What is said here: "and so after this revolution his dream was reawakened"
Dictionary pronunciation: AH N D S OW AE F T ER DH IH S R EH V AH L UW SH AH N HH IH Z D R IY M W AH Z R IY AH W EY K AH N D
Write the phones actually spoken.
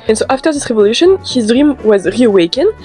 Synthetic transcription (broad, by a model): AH N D S OW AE F T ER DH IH S R EH V AH L UW SH AH N HH IH Z D R IY M W AH Z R IY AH W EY K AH N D